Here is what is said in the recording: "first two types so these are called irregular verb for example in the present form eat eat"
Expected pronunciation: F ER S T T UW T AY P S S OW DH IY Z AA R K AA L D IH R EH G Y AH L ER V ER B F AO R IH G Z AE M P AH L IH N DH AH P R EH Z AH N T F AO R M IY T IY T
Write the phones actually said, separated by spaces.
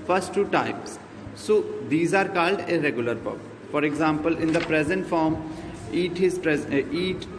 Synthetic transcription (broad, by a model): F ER S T T UW T AY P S S OW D IY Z AA R K AA L D IH R EH G Y AH L ER P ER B F AO R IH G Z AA M P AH L IH N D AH P R EH Z AH N T F AO R M IY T IY T